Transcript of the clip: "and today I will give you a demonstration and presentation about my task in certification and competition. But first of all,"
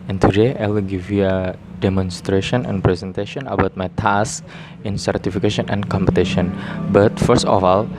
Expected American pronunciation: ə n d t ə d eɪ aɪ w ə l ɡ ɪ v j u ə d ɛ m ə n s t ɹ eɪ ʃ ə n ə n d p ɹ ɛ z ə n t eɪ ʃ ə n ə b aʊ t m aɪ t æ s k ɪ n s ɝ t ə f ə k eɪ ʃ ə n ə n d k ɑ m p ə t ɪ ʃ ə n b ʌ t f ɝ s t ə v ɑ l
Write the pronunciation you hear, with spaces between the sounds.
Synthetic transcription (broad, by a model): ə n t ə d eɪ aɪ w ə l ɡ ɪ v j u ə d ɛ m ə n s t ɹ eɪ ʃ ə n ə n p ɹ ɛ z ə n t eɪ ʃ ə n ə b aʊ t m aɪ t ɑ s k ɪ n s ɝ t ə f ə k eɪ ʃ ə n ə n k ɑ m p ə t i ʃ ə n b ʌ t f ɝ s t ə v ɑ l